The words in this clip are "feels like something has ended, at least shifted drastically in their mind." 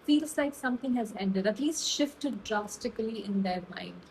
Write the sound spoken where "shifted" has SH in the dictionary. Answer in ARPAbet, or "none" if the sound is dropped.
SH